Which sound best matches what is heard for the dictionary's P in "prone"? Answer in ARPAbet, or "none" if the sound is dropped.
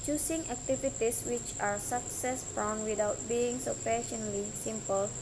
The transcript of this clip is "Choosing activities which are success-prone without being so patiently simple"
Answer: F